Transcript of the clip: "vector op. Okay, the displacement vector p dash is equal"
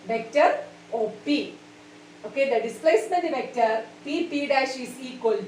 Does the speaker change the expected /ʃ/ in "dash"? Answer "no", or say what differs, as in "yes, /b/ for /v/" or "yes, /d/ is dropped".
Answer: no